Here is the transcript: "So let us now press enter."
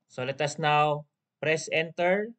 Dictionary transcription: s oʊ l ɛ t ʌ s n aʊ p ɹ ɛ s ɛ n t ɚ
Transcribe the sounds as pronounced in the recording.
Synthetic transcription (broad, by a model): s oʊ l ɛ t ʌ s n aʊ p ɹ ɛ s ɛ n t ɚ